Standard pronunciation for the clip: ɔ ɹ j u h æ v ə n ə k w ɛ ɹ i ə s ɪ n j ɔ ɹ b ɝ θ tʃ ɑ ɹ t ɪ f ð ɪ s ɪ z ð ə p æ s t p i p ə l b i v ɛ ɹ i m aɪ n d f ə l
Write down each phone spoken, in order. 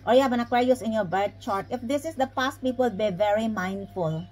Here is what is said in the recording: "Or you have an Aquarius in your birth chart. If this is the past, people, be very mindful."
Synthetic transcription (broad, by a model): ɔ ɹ j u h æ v ə n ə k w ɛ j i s ɪ n j ɔ ɹ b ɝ t tʃ ɑ ɹ t ɪ f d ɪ s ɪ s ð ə p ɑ s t p i p ə l b i v ɛ ɹ i m aɪ n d f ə l